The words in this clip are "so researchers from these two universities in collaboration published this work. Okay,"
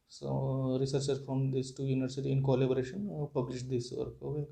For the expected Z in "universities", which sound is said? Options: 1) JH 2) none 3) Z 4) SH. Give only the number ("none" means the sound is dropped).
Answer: 2